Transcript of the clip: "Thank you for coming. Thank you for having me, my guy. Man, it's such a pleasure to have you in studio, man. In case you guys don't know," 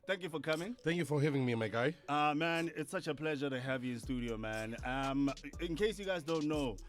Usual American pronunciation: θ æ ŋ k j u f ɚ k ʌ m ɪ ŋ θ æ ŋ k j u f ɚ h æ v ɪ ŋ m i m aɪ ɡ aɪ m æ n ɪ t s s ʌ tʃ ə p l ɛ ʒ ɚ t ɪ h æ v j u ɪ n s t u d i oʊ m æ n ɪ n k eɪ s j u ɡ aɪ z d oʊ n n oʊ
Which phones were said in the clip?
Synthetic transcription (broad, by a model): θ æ ŋ k j u f ɚ k ʌ m ɪ ŋ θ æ ŋ k j u f ɚ h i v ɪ ŋ m i m aɪ ɡ aɪ m æ n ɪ t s s ʌ tʃ ə p l ɛ ʒ ɚ t ɪ h æ v j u ɪ n s t u d i oʊ m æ n ɪ n k eɪ s j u ɡ aɪ z d oʊ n n oʊ